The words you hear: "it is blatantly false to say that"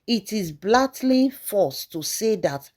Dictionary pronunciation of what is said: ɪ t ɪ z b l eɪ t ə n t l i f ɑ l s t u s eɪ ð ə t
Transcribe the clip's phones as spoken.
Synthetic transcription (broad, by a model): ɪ t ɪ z b l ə t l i f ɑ s t u s eɪ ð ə t